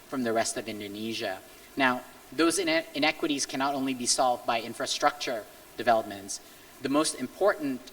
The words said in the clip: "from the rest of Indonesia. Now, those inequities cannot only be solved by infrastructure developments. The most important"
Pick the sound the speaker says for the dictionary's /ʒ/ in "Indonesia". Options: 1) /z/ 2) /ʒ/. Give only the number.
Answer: 2